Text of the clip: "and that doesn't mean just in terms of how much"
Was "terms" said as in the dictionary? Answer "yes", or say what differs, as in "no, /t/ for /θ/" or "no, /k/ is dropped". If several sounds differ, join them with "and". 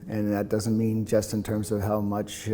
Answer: yes